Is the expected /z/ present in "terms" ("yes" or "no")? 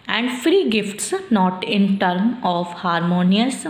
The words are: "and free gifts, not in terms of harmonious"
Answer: no